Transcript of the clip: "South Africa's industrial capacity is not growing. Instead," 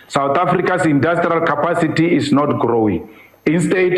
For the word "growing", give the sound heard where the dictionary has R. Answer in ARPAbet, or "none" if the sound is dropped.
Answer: R